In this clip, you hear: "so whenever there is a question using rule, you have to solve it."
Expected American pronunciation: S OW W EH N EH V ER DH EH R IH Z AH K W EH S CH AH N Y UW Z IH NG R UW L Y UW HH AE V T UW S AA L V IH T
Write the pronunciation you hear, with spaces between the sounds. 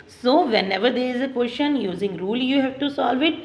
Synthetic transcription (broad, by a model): S OW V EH N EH V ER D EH R IH Z AH K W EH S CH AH N Y UW Z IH NG R UW L Y UW HH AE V T UW S AA L V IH T